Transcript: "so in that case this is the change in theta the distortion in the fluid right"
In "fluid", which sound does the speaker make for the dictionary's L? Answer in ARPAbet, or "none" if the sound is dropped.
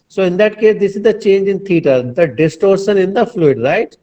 L